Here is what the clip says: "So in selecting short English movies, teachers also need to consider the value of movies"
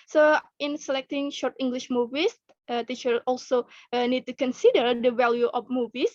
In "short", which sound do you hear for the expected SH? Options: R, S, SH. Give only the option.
SH